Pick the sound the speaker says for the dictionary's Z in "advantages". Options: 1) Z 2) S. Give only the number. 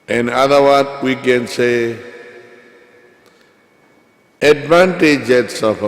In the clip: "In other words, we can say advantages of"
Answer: 2